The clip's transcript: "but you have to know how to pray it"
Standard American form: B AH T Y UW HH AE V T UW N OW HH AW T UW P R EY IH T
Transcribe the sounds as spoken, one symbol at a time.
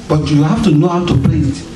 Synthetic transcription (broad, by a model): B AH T Y UW HH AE F T UW N OW HH AW T UW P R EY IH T